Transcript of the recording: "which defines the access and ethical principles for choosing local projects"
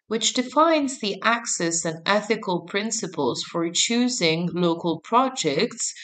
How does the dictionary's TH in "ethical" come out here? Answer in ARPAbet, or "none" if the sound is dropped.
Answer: TH